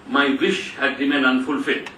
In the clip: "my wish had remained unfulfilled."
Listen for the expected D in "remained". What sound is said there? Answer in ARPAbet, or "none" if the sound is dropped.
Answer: none